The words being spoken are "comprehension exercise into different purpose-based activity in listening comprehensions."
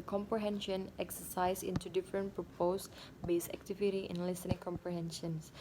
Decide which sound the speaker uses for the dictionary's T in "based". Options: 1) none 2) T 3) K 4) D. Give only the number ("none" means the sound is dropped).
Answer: 1